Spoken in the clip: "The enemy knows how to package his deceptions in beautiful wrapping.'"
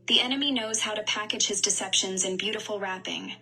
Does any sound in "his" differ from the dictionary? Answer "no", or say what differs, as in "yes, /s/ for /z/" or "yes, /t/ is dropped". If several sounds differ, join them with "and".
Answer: no